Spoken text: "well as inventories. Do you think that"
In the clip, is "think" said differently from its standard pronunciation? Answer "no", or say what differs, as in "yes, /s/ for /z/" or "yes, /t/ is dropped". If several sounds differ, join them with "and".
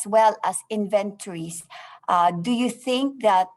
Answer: no